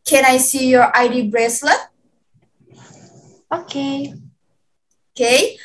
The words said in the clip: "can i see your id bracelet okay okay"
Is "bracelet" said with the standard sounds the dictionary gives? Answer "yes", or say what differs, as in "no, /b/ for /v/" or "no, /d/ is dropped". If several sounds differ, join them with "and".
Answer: no, /t/ is dropped